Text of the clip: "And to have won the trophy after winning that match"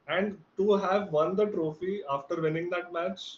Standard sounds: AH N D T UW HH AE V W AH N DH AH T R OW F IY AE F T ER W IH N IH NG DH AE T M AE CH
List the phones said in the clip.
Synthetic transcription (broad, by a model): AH N D T UW HH AE V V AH N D AH T R OW F IY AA F T ER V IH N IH NG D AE T M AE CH